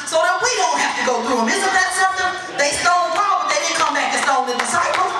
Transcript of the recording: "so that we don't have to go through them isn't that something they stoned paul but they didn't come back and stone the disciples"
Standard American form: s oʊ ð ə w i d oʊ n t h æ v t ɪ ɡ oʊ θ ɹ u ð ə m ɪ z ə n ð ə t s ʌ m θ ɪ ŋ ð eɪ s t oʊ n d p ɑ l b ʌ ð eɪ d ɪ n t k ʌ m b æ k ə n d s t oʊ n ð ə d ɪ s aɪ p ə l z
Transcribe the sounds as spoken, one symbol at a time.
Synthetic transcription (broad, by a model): s oʊ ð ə w i d oʊ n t h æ f t ɪ ɡ oʊ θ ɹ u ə m ɪ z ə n ð ə t s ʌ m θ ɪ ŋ ð eɪ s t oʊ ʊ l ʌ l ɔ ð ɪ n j k ʌ m b æ k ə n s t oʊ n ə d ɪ s aɪ p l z